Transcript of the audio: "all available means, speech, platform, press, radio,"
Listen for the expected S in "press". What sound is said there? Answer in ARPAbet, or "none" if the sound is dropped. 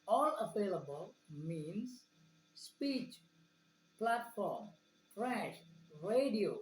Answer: SH